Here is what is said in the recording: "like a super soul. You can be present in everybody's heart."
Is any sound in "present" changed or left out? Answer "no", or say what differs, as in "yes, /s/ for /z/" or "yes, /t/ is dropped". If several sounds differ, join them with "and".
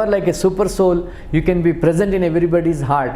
no